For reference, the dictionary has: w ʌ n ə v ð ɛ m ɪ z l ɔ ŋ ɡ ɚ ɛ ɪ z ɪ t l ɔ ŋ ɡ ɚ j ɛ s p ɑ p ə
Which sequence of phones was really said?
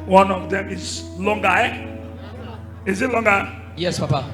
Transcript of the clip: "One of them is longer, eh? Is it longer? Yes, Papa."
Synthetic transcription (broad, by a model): w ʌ n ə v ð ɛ m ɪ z l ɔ ŋ ɡ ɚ ɛ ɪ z ɪ t l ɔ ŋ ɡ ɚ j ɛ s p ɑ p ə